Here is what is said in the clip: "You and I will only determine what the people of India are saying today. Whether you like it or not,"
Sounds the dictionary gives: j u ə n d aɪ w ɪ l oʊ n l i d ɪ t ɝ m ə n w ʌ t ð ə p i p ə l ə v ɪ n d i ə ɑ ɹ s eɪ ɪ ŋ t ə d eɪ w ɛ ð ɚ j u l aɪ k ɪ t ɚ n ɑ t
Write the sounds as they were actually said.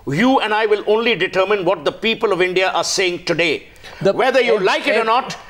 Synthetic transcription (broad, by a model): j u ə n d aɪ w ɪ l oʊ n l i d ɪ t ɝ m ə n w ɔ t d ə p i p ə l ə v ɪ n d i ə ɑ ɹ s eɪ ɪ ŋ t ə d eɪ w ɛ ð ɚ j u l aɪ k ɪ t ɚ n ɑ t